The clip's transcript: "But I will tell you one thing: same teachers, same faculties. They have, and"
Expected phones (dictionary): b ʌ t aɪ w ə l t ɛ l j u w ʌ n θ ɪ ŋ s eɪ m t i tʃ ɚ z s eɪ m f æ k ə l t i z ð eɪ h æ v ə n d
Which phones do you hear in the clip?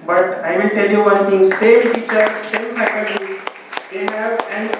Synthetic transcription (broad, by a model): b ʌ t aɪ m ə n t ɛ l j u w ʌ n t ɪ ŋ s eɪ m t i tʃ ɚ s eɪ m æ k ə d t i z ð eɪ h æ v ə n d